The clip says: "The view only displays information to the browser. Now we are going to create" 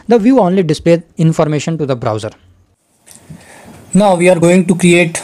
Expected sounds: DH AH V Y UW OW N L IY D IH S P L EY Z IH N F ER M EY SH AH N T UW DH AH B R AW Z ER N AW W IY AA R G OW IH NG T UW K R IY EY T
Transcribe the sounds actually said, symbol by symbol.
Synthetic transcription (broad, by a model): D AH V Y UW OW N L IY D IH S P L EY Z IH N F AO M EY SH AH N T UW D AH B R AW Z ER N AW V IY AA R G OW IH NG T UW K R IY EY T